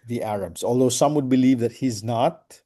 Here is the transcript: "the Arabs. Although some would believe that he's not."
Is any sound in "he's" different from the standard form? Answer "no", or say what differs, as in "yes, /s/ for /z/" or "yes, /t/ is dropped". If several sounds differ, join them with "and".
no